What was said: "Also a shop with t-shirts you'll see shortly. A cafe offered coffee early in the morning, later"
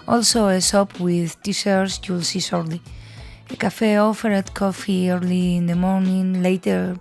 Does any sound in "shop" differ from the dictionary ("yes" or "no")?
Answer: yes